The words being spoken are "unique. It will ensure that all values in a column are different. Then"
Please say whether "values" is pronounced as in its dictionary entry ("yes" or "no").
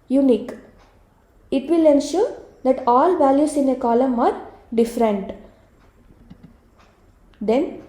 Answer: no